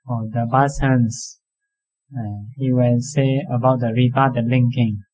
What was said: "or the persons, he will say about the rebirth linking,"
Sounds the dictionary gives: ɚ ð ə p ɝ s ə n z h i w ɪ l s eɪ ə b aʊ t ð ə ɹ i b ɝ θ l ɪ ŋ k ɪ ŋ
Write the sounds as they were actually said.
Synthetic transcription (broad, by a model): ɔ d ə b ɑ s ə n s h i w ɪ l s eɪ ə b aʊ t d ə ɹ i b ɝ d l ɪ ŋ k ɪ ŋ